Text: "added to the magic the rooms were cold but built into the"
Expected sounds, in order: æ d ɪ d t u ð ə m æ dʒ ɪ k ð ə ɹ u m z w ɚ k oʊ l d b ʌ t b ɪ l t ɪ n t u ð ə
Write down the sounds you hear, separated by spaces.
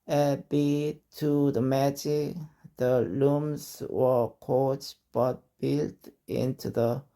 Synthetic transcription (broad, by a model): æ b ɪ t u ð ə m æ dʒ ɪ k ð ə l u m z w ɚ k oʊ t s b ʌ t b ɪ l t ɪ n t u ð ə